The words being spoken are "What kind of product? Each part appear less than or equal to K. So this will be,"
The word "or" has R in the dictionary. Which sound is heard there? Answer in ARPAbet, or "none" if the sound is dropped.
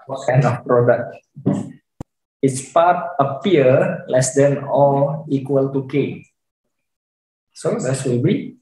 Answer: L